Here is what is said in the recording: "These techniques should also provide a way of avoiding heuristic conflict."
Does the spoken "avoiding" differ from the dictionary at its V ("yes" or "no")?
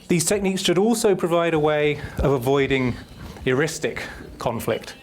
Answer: no